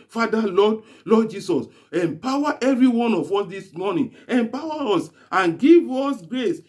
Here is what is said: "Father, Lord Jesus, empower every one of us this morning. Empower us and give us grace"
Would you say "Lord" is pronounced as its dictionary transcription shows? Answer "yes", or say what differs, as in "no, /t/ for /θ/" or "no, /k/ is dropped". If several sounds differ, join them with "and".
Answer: no, /l/ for /ɹ/